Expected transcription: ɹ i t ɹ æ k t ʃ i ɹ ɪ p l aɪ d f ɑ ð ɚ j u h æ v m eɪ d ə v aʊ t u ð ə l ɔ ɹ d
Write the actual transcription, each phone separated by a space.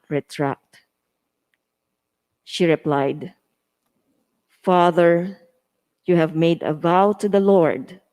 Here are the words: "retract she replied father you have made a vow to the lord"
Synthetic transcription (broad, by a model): ɹ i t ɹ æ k t ʃ i ɹ ɪ p l aɪ d f ɑ ð ɚ j u h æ v m eɪ d ə v aʊ t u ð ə l ɔ ɹ d